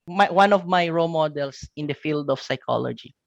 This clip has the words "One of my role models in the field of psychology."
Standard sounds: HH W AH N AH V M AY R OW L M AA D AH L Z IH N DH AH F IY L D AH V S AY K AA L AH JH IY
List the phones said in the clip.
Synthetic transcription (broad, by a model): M W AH N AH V M AY R OW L M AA D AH L S IH N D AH F IY L D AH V S AY K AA L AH JH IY